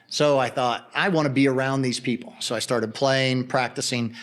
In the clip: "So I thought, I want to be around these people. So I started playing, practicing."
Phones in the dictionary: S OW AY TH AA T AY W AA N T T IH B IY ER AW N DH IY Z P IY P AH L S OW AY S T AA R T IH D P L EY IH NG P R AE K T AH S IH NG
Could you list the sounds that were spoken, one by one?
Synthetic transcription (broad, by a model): S OW AY TH AA T AY W AA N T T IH B IY ER AW N DH IY Z P IY P L S OW AY S T AA R T IH D P L EY IH NG P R AE K T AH S IH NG